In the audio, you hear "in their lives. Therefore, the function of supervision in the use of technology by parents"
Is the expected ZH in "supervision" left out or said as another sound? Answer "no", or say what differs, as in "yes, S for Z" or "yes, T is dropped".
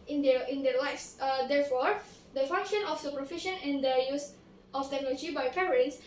yes, SH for ZH